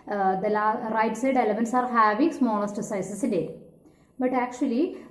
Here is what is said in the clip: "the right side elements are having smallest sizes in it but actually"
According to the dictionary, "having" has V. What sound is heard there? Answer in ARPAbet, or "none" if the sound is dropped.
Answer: V